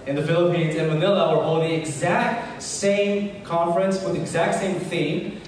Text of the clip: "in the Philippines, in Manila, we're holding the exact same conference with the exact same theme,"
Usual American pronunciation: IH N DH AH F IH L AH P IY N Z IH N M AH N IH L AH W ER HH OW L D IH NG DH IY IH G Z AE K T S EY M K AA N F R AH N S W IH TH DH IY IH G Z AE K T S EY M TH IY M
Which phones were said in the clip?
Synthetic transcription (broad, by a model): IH N DH AH F IH L AH P IY N Z IH N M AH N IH L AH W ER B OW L DH IY IH G Z AE K T S EY M K AA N F R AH N S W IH DH IY IH G Z AE K T S EY M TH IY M